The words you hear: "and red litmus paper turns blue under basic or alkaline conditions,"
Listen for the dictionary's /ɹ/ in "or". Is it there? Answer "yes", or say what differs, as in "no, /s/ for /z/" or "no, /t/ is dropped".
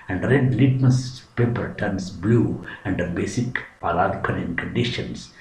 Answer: no, /l/ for /ɹ/